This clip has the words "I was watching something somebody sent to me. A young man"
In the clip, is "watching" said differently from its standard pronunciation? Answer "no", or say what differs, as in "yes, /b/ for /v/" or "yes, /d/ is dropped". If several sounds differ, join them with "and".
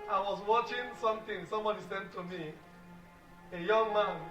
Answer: no